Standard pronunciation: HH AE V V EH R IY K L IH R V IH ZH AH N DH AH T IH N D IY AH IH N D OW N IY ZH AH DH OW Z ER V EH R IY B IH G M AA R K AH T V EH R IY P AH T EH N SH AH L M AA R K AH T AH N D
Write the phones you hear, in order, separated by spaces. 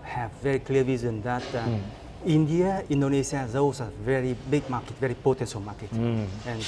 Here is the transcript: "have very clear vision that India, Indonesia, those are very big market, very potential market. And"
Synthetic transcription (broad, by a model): HH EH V V EH R IY K L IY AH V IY Z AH N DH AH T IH N D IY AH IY N D OW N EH S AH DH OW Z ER V EH R IY B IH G M AA K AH T V EH R IY P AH T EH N S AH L M AA K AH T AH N